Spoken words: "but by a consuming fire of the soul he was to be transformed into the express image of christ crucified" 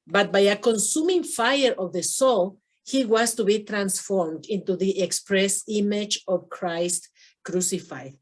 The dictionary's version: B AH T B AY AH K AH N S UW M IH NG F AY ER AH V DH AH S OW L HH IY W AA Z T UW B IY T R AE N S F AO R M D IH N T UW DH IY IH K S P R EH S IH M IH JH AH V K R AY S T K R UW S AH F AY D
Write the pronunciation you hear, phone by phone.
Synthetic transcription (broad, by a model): B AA T B AY AH K AH N S UW M IH NG F AY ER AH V DH AH S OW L HH IY W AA S T UW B IY T R AE N S F AO R M D IH N T UW DH IY IH K S P R EH S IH M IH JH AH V K R AY S T K R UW S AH F AY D